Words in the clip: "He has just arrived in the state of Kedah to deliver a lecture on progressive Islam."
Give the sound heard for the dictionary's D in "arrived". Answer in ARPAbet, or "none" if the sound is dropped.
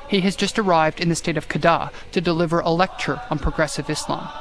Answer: D